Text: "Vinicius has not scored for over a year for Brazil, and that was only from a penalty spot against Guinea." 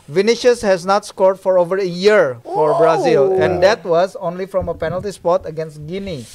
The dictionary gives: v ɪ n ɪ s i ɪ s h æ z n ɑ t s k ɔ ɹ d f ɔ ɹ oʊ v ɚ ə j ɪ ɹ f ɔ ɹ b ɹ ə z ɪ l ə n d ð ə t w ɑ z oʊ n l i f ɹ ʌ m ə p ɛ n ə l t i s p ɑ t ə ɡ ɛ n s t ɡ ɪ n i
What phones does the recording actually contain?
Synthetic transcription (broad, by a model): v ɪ n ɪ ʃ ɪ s h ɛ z n ɑ t s k ɔ ɹ d f ɔ ɹ oʊ v ɚ ə j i ɹ f ɔ ɹ b ɹ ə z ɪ l ə n d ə t w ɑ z oʊ n l i f ɹ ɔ m ə p ɛ n ə l t i s p ɑ t ə ɡ ɛ n s t ɡ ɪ n i